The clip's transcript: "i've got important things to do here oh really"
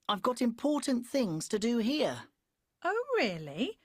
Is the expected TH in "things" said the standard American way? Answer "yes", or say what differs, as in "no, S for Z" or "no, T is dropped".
yes